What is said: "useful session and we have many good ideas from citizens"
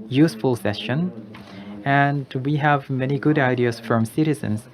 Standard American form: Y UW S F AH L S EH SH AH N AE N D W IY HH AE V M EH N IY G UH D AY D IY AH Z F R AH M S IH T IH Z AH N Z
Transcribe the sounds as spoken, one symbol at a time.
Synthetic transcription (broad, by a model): Y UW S F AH L S EH SH AH N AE N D W IY HH AE V M EH N IY G UH D AY D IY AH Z F R AH M S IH T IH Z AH N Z